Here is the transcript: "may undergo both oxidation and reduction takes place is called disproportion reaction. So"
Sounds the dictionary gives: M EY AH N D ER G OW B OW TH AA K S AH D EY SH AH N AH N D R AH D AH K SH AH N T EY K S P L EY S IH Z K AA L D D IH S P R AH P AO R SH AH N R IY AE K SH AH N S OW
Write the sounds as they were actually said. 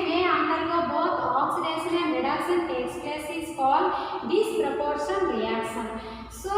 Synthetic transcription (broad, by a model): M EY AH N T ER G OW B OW T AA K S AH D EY S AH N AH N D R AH D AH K S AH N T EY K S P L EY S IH S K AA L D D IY S P R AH P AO R S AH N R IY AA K S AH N S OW